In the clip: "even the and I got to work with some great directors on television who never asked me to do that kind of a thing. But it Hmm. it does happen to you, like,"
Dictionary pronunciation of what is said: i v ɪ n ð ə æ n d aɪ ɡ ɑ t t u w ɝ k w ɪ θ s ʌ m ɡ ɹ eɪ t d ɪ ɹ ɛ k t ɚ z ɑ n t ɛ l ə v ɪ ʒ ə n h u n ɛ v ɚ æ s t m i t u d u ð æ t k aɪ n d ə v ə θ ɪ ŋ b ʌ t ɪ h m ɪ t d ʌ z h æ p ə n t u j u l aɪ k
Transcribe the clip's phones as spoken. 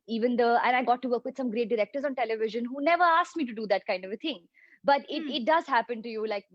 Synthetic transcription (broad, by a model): i v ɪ n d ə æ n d aɪ ɡ ɑ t t u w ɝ k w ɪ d s ʌ m ɡ ɹ eɪ t d ɪ ɹ ɛ k t ɚ z ɑ n t ɛ l ə v ɪ ʒ ə n h u n ɛ v ɚ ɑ s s m i t u d u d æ t k aɪ n d ə v ə t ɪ ŋ b ʌ t ɪ ɪ t d ʌ z h æ p ə n t u j u l aɪ k